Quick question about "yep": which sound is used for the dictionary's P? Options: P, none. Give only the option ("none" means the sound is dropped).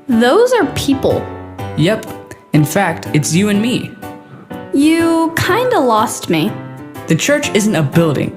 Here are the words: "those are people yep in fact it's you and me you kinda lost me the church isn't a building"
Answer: P